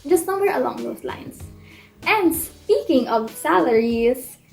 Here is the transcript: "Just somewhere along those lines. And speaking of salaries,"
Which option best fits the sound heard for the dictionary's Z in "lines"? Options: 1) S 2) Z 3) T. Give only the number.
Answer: 1